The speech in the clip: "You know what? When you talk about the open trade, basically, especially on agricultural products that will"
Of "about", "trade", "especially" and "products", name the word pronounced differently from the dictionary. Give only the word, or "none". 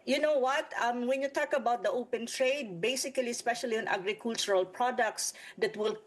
none